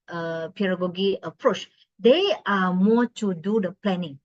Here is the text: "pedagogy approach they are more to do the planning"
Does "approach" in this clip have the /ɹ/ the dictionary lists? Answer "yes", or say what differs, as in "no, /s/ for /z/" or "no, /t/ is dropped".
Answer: yes